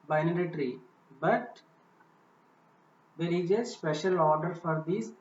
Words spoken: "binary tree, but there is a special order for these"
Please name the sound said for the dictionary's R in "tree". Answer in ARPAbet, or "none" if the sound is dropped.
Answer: R